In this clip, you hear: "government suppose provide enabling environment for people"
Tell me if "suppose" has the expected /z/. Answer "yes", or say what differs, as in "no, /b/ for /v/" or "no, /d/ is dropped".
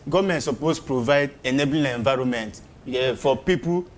no, /s/ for /z/